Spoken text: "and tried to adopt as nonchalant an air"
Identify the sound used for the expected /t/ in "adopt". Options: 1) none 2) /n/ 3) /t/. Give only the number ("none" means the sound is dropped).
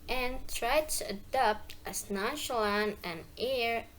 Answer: 3